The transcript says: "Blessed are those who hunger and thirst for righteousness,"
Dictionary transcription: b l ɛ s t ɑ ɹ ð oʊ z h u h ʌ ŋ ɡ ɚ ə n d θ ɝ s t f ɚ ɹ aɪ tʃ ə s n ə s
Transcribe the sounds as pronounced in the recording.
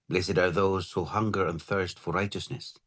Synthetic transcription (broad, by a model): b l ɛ s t ɑ ɹ ð oʊ z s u h ʌ ŋ ɡ ɚ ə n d θ ɝ s t f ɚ ɹ aɪ tʃ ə s n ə s